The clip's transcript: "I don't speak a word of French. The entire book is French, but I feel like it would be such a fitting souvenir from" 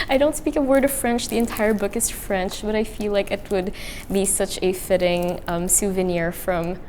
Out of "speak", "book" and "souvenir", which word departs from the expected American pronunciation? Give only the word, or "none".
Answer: none